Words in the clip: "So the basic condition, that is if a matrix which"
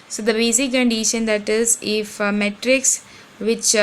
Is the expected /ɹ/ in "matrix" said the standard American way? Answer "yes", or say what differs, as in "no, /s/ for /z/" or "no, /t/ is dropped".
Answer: yes